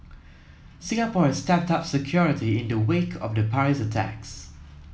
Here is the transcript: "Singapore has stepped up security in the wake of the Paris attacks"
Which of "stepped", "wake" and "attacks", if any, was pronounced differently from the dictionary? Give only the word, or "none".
none